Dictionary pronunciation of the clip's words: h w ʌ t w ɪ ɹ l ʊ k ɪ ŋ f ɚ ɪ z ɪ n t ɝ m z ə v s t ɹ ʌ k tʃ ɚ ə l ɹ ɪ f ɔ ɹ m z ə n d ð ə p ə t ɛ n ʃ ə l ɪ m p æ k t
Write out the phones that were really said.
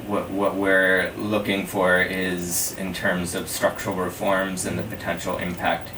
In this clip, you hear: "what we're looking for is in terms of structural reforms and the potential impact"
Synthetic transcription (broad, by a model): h w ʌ t w ɪ ɹ l ʊ k ɪ ŋ f ɚ ɪ z ɪ n t ɝ m z ə v s t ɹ ʌ k tʃ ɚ l ɹ ɪ f ɔ ɹ m z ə n ð ə p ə t ɛ n ʃ l ɪ m p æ k t